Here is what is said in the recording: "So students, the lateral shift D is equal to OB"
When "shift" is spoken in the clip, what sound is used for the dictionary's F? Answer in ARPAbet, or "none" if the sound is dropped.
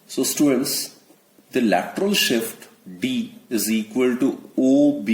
F